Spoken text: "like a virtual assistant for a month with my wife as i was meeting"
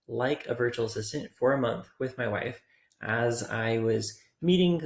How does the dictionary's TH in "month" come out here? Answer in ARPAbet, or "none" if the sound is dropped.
TH